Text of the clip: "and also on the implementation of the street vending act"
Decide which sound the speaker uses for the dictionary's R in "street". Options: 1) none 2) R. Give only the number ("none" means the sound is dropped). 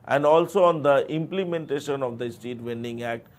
1